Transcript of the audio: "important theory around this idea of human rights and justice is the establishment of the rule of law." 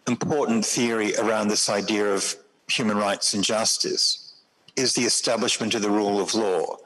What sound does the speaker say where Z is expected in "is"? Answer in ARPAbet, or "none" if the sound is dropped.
Z